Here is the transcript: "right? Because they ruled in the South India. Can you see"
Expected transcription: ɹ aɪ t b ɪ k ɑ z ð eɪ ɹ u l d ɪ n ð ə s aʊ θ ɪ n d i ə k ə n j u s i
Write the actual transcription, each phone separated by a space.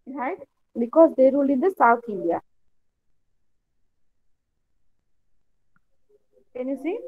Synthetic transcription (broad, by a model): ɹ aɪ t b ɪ k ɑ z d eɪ ɹ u l ɪ n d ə s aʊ t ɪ n d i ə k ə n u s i